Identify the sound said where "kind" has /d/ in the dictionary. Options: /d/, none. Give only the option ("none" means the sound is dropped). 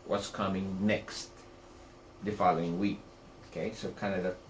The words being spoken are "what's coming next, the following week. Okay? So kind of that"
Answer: none